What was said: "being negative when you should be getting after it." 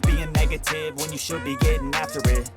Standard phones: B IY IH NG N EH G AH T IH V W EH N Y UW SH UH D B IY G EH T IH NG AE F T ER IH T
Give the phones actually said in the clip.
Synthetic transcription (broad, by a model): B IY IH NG N EH G AH T IH V W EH N Y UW SH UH D B IY G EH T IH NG AE F T ER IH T